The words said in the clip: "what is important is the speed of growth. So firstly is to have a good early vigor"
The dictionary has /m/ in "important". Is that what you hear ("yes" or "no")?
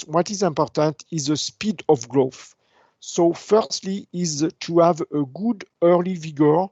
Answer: yes